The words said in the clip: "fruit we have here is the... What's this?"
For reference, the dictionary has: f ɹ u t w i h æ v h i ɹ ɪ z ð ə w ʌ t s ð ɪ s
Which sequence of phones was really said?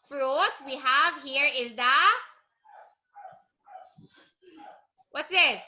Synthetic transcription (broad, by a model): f ɹ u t w i h æ v h i ɹ ɪ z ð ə w ʌ t s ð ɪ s